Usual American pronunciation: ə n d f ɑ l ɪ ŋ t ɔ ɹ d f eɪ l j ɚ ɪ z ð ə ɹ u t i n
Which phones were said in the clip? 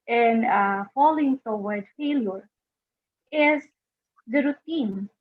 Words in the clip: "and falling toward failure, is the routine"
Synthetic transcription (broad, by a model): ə n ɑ f ɑ l ɪ ŋ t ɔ w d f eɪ l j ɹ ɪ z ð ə ɹ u t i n